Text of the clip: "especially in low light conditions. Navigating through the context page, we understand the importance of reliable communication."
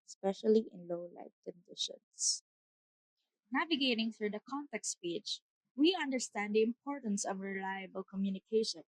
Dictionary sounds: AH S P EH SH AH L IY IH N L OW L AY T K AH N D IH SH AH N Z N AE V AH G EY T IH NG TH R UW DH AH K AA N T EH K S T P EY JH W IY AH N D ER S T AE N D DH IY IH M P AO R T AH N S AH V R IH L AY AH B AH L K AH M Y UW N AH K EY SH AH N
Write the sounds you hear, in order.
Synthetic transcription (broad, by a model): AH S P EH SH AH L IY IH N L OW L AY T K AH N D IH SH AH N S N AE V AH G EY T IH NG TH R UW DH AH K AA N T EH K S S P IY CH W IY AH N D ER S T AE N D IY IH M P AO R T AH N S AH V R IH L AY AH B AH L K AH M Y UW N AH K EY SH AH N